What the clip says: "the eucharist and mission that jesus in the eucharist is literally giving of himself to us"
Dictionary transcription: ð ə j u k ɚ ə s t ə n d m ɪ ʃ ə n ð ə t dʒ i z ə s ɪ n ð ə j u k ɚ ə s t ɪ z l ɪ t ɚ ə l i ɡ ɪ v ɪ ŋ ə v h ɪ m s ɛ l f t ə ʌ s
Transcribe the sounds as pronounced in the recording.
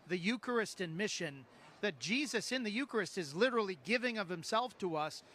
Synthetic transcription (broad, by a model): ð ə j u k ɚ ə s t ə n m ɪ ʃ ə n ð ə t dʒ i z ə s ɪ n ð ə j u k ɚ ə s t ɪ z l ɪ t ɚ l i ɡ ɪ v ɪ ŋ ə v h ɪ m s ɛ l f t ə ʌ s